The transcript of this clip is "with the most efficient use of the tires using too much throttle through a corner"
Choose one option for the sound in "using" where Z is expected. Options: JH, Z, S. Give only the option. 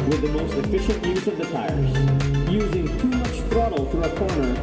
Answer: Z